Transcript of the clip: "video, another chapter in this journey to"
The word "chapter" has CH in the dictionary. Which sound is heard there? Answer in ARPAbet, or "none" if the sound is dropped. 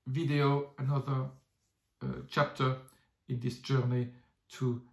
CH